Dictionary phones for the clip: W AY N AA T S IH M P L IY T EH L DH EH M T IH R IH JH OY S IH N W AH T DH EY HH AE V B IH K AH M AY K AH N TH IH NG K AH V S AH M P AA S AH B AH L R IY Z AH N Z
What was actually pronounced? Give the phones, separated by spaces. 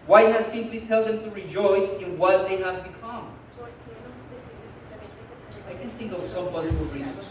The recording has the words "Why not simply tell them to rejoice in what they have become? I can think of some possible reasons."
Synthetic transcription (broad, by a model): W AY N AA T S IH M P L IY T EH L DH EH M T IH R IH JH OY S IH N W AH T DH EY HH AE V B IH K AH M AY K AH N TH IH NG K AH V S AH M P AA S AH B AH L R IY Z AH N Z